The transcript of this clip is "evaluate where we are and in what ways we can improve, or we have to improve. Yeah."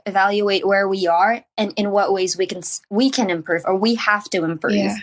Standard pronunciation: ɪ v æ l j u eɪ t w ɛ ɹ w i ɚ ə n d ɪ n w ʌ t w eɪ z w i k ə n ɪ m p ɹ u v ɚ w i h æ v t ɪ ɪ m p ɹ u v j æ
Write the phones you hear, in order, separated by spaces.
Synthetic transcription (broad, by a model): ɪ v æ l j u eɪ t w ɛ ɹ w i ɚ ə n ɪ n w ʌ t w eɪ z w i k ə n ɪ m p ɹ u v ɚ w i h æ f t ɪ ɪ m p ɹ u v